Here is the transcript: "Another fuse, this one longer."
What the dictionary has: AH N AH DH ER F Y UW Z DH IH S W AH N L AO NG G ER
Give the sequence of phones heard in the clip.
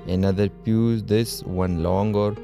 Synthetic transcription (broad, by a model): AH N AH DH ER P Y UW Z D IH S W AH N L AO NG G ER